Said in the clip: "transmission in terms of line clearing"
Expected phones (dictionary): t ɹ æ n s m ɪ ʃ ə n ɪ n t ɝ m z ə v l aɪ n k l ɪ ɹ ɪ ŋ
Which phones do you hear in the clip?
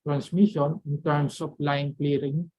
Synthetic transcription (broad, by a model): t ɹ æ n s m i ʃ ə n ɪ n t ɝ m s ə p l aɪ n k l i ɹ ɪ ŋ